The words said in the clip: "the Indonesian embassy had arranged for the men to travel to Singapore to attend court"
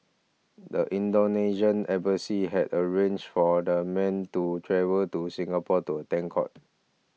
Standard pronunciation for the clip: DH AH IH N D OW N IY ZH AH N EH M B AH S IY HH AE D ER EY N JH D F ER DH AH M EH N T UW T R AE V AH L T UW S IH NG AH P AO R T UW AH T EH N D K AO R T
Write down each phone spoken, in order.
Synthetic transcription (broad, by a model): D AH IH N D OW N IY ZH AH N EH B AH S IY HH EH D ER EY N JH F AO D AH M EH N T UW T R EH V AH L T UW S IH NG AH P AO T UW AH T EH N K AO T